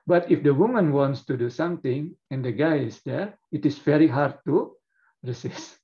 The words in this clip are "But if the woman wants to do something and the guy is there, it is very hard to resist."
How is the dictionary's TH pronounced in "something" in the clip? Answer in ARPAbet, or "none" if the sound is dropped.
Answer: T